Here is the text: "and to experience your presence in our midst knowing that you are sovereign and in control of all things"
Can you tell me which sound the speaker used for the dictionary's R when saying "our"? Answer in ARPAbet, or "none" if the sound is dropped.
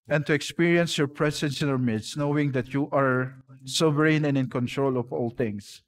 R